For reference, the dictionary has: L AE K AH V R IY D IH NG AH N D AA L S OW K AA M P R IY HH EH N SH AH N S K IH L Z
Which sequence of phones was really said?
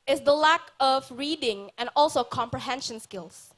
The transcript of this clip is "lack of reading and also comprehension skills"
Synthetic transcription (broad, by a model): L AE K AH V R IY D IH NG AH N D AA L S OW K AA M P R IY HH EH N SH AH N S K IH L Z